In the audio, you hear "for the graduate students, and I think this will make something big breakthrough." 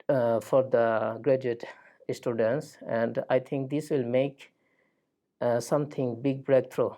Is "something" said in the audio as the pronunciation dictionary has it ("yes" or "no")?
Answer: no